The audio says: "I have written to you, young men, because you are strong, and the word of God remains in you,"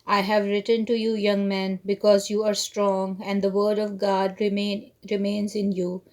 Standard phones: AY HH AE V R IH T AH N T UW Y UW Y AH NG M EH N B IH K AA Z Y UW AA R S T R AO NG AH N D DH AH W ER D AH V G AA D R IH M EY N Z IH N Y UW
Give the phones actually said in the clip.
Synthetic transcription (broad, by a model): AY HH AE V R IH T AH N T UW Y UW Y AH NG M EH N B IH K AA Z Y UW AA R S T R AO NG AH N D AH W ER D AH V G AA D R IH M EY N Z IH N Y UW